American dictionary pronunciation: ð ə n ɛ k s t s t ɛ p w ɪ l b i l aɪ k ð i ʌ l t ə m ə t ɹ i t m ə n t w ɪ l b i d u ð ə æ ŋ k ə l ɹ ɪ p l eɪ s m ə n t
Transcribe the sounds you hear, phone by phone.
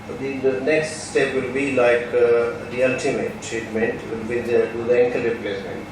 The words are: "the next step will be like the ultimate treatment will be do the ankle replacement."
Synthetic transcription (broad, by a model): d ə n ɛ k s t s t ɛ p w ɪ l b i l aɪ k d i ʌ l t ə m ə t i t m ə n t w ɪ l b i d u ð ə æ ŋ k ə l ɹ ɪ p l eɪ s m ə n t